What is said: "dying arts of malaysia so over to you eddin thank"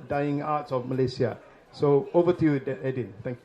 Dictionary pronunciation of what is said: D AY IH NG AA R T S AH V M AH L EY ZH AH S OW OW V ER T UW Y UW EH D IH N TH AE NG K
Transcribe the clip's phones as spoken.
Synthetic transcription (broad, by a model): D AY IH NG AA T S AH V M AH L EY S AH S OW OW V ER T UW Y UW EH D IH N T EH NG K